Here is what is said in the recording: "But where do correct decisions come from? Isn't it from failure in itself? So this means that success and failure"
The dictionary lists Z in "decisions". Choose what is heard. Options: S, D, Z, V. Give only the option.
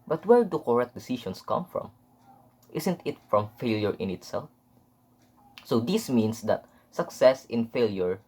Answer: S